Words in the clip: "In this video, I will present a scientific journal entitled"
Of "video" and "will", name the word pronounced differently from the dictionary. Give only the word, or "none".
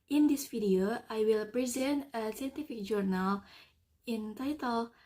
video